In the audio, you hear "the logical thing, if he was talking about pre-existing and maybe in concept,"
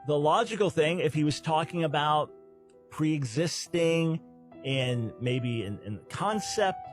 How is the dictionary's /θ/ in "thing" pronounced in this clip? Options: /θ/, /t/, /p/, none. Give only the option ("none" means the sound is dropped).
/θ/